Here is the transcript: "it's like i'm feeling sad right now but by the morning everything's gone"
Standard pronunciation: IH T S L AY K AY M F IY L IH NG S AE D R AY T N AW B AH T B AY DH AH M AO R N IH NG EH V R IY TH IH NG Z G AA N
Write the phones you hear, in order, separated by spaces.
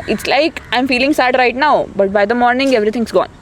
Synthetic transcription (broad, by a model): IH T S L AY K AY M F IY L IH NG S AE D R AY T N AW B AH T B AY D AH M AO R N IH NG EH V R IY T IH NG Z G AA N